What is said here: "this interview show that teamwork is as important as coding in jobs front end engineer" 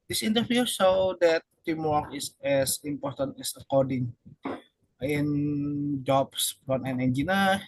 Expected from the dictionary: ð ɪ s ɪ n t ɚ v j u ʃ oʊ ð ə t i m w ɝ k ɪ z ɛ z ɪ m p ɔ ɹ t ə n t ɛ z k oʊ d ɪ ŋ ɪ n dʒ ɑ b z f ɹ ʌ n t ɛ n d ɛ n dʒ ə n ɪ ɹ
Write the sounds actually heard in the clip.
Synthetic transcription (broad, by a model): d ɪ s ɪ n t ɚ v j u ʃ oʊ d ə t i m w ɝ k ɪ s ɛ s ɪ m p ɔ ɹ t ə n t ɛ s k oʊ d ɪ ŋ ɪ n dʒ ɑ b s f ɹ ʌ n ɛ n ɛ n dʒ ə n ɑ